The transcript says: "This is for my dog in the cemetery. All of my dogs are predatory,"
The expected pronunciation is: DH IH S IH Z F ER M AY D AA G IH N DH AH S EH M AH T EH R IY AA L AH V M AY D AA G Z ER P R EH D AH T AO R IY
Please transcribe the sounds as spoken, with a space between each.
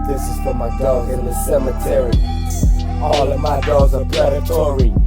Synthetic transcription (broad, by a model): DH IH S IH Z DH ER M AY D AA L IH N DH AH S EH M AH T EH R IY AA L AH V M AY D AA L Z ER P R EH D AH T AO R IY